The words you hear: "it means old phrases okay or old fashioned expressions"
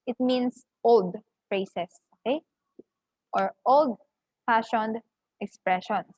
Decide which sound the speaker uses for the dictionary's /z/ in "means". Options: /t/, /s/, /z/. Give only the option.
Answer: /s/